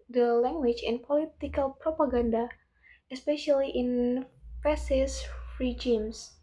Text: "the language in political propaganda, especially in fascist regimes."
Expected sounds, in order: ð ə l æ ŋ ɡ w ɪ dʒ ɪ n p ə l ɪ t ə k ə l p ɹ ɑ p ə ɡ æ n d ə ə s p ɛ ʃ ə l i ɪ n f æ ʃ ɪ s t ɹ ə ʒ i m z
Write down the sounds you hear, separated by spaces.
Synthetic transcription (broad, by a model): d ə l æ ŋ ɡ w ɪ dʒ ɪ n p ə l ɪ t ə k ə l p ɹ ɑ p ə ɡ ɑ n d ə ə s p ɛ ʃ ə l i ɪ n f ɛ s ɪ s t ɹ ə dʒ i m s